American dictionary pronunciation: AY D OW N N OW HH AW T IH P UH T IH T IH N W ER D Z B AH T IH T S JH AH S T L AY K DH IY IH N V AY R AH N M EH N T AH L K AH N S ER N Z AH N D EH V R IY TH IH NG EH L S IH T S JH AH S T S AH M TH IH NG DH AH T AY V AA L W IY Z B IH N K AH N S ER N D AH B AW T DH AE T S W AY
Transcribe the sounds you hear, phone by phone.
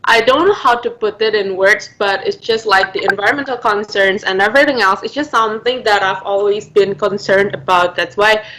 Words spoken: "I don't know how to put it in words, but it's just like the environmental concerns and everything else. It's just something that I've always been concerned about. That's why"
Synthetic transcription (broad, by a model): AY D OW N N OW HH AW T IH P UH T IH T IH N W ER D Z B AH T IH T S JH AH S T L AY K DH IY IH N V AY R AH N M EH N T L K AH N S ER N Z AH N EH V R IY TH IH NG EH L S IH T S JH AH S T S AH M TH IH NG DH AH T AY V AA L W IY Z B IH N K AH N S ER N D AH B AW T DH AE T S W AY